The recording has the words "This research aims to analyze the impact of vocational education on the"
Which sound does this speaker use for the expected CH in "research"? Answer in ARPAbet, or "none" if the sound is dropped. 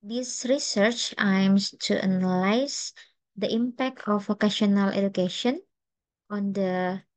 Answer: CH